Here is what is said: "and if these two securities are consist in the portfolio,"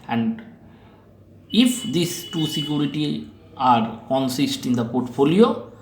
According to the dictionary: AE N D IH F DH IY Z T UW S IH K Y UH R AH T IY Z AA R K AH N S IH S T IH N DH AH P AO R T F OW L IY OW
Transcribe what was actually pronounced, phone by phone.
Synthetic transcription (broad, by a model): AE N D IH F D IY S T UW S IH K Y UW R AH T IY AA R K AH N S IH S T IH N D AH P AO R T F OW L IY OW